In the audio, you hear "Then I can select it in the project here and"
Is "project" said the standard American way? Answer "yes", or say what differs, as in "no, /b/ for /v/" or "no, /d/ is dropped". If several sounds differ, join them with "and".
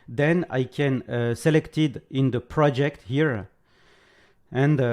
yes